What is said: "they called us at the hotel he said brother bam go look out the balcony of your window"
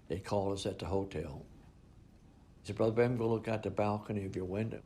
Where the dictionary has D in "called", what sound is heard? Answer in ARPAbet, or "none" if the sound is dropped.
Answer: none